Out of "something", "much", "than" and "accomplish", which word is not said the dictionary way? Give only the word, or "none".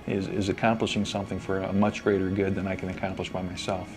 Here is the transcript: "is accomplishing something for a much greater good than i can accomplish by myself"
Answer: none